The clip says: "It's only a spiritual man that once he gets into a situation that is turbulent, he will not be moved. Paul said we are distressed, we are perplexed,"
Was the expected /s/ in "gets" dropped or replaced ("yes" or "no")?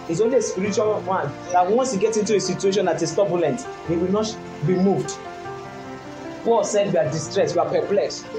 yes